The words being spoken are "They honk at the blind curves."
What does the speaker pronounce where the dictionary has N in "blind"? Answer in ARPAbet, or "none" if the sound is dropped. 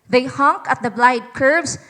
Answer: none